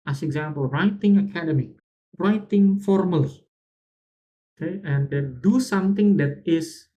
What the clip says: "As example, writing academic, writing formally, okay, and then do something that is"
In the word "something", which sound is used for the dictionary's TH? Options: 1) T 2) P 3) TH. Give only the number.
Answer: 1